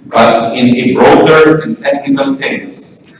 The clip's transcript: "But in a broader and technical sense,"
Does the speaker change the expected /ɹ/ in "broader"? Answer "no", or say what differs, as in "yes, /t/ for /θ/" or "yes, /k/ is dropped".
no